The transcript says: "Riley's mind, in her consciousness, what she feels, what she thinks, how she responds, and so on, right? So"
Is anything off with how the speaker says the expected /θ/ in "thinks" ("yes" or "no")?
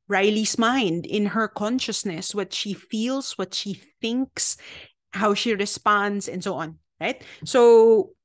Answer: no